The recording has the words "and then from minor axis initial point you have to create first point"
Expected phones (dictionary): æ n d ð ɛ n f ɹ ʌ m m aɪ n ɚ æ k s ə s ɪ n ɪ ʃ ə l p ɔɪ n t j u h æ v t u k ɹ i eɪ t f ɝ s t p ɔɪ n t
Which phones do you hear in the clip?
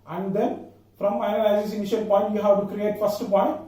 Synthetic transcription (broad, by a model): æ n d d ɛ n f ɹ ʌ m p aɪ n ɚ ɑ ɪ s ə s ɪ n ɪ ʃ ə l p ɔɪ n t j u h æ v t u k ɹ i eɪ t f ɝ s t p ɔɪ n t